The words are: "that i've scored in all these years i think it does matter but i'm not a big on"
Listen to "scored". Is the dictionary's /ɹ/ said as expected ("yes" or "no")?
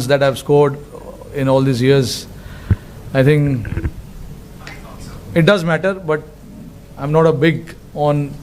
yes